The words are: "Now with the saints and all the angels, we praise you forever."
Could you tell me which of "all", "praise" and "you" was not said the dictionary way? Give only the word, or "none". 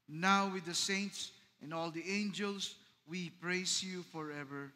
praise